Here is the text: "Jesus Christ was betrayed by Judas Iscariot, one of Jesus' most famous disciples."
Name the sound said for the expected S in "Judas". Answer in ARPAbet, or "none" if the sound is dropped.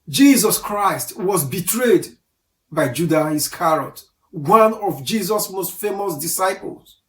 none